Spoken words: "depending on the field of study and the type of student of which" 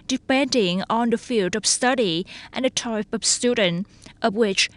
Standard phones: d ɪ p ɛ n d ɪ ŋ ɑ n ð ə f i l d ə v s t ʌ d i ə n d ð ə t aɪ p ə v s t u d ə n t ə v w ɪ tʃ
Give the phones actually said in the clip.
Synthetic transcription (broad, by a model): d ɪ p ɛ n d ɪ ŋ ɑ n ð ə f i l d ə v s t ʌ d i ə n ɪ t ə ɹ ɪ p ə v s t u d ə n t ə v w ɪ tʃ